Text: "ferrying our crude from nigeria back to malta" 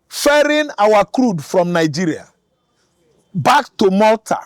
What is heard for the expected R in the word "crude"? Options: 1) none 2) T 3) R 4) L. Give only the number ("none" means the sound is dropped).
3